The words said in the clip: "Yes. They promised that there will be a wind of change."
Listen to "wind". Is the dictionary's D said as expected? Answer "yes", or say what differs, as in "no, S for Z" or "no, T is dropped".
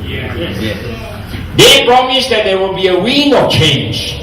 no, D is dropped